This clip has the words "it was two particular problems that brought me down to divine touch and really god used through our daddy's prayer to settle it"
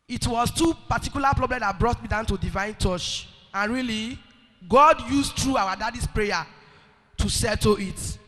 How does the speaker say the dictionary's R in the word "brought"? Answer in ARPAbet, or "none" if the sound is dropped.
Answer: R